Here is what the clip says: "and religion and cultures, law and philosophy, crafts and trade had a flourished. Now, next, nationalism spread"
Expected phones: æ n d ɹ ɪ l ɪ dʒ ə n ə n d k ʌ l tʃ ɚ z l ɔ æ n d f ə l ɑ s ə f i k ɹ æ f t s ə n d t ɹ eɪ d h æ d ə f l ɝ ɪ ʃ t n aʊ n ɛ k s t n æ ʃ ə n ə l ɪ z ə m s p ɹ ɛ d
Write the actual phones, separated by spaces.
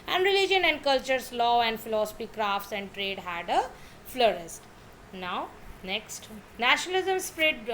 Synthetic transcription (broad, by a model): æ n d ɹ ɪ l ɪ dʒ ə n ə n d k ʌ l tʃ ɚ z l ɔ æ n d f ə l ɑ s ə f i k ɹ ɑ f t s ə n d t ɹ eɪ d h æ d ə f l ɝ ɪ s t n aʊ n ɛ k s t n æ ʃ ə n ə l ɪ z ə m s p ɹ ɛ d